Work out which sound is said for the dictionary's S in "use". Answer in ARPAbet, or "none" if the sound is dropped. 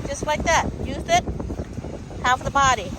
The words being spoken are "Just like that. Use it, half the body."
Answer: TH